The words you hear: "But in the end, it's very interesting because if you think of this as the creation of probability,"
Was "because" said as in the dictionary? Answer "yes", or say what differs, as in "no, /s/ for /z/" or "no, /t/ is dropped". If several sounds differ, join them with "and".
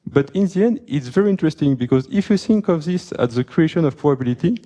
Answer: yes